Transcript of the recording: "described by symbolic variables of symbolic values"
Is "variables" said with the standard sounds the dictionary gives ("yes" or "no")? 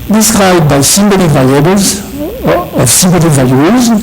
no